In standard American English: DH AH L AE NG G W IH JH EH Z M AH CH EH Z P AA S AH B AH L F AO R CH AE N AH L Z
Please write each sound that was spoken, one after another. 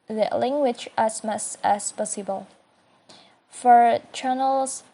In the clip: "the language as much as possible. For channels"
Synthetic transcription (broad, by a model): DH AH L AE NG G W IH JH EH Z M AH S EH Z P AA S AH B AH L F AO R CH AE N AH L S